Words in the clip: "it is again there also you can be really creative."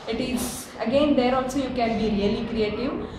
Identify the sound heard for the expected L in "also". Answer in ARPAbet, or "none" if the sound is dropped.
N